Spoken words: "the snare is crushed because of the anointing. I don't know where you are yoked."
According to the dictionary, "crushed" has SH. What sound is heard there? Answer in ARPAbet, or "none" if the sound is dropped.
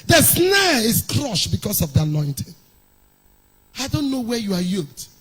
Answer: SH